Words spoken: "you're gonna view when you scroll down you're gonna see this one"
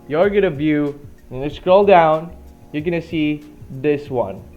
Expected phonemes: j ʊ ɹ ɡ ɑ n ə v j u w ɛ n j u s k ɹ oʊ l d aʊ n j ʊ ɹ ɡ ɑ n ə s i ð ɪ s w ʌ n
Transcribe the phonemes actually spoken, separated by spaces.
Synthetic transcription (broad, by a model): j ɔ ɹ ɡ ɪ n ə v j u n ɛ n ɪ s k ɹ oʊ l d aʊ n j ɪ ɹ ɡ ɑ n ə s i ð ɪ s w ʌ n